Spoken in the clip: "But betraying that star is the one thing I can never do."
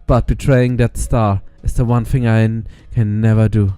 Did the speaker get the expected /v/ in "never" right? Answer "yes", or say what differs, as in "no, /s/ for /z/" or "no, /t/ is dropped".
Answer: yes